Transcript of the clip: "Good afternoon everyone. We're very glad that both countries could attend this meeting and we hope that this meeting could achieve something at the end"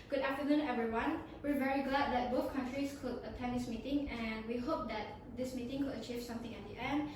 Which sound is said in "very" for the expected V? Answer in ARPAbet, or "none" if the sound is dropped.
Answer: V